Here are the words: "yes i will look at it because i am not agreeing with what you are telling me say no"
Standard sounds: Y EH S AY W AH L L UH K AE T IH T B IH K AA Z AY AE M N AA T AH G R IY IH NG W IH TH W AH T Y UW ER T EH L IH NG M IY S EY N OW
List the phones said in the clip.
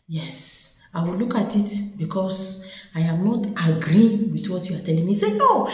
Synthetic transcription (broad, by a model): Y EH S AY W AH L L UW K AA T IH T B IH K AA S AY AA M N AA T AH G R IY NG W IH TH W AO T Y UW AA T EH L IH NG M IY S EY N OW